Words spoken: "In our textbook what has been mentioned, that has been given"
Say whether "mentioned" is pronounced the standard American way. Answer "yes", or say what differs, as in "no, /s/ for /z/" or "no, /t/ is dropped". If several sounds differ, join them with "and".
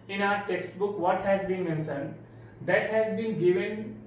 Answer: no, /s/ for /ʃ/